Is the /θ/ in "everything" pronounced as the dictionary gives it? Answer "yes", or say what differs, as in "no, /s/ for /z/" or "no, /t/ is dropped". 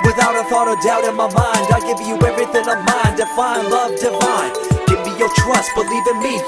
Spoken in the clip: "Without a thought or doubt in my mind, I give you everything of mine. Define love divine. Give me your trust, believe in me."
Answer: yes